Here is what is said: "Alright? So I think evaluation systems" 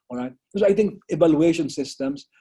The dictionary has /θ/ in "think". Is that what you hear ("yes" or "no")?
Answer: no